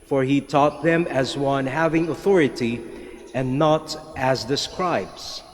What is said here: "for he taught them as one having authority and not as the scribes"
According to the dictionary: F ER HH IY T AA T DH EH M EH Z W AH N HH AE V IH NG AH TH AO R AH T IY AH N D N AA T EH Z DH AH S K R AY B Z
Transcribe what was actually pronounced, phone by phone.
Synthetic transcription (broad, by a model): F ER HH IY T AA T DH EH M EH Z W AH N HH AE V IH NG AH TH AO R AH T IY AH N N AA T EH Z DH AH S K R AY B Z